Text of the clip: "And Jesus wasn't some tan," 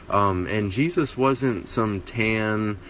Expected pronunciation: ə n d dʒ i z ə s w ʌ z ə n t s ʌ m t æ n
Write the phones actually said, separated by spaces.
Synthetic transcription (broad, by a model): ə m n dʒ i z ə s w ʌ z ə n t s ʌ m t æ n